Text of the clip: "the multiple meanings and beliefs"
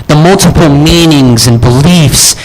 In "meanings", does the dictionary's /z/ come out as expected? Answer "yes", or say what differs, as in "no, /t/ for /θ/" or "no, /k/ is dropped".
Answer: yes